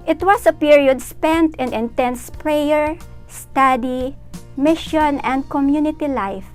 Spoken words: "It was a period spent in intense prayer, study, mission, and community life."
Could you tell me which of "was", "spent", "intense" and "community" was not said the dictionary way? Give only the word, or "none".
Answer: was